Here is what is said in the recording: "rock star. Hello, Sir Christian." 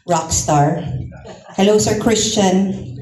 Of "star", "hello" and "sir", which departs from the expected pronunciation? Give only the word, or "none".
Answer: none